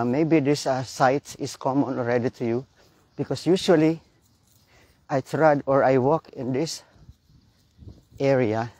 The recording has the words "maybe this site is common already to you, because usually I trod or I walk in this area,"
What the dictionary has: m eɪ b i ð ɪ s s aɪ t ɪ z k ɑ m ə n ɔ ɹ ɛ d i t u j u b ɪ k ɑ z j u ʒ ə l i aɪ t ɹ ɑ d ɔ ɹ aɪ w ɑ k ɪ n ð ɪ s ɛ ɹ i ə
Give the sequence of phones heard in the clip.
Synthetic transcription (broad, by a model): m eɪ b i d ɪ s s aɪ t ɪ s k ɑ m ə n ɔ ɹ ɛ d i t u j u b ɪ k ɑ s j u ʃ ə l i aɪ t ɹ ɑ d ɔ ɹ aɪ w ɑ k ɪ n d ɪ s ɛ ɹ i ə